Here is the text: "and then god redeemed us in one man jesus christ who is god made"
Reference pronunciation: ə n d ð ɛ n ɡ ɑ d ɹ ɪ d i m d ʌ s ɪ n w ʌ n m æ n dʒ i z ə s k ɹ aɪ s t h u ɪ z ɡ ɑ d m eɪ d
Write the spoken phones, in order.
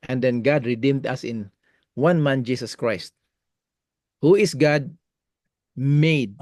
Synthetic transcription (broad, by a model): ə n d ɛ n ɡ ɑ d ɹ ɪ d i m d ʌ s ɪ n w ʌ n m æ n dʒ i s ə s k ɹ aɪ s t h u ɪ s ɡ ɑ d m eɪ d